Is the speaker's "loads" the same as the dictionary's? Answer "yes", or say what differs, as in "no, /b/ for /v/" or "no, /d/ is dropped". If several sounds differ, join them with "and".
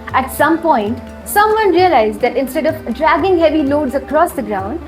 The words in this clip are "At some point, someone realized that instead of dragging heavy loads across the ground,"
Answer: yes